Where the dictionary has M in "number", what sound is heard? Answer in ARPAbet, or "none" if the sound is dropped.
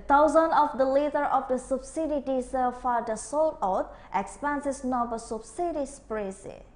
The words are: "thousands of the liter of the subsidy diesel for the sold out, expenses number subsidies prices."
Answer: none